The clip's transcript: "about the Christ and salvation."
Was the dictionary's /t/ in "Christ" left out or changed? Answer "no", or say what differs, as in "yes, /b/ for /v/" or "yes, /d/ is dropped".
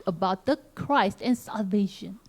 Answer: no